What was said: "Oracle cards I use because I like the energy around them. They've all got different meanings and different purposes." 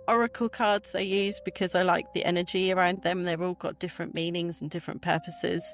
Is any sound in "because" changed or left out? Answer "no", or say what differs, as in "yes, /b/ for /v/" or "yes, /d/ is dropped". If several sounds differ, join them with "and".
no